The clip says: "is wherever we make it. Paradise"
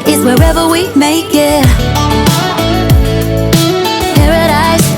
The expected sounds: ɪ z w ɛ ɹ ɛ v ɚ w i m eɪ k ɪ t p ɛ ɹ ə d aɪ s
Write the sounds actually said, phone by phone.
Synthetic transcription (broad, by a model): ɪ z w ɛ ɹ ɛ v ɚ w i m eɪ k ɪ t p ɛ ɹ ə d aɪ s